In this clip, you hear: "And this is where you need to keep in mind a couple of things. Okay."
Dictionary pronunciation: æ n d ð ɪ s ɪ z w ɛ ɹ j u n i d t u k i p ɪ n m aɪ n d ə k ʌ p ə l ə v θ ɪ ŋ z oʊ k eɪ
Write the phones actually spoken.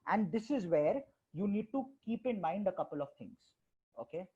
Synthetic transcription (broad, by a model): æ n d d ɪ s ɪ z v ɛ ɹ j u n i d t u k i p ɪ n m aɪ n d ə k ʌ p ə l ə v t ɪ ŋ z oʊ k eɪ